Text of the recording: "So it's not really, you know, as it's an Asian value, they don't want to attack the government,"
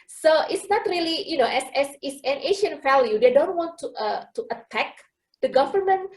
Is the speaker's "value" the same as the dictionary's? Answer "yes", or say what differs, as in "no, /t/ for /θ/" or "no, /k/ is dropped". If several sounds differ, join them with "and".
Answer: no, /f/ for /v/